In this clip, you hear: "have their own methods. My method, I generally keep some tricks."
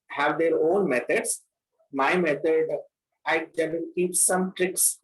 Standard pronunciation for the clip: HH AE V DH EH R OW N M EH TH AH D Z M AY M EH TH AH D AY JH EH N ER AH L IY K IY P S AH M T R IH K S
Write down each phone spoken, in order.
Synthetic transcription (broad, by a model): HH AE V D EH R OW N M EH T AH D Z M AY M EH T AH D AY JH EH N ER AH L K IY P S AH M T R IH K S